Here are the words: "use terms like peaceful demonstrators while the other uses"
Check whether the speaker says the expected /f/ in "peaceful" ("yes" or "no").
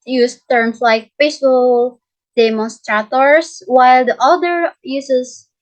no